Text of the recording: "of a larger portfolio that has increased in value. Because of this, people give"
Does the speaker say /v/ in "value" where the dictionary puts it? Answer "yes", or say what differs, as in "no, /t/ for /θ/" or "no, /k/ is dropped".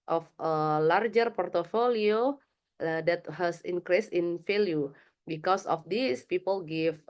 no, /f/ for /v/